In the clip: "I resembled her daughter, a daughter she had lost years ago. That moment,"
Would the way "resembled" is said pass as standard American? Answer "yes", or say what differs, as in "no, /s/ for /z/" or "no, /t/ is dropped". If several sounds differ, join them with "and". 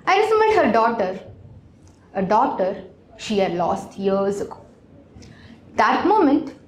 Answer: no, /l/ is dropped